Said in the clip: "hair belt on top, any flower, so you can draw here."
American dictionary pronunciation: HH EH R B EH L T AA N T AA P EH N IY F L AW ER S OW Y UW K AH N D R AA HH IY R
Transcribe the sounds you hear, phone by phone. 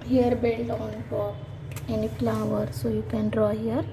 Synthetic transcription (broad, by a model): HH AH R B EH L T AA N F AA EH N IY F L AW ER S OW Y UW K AH N D R AA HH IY R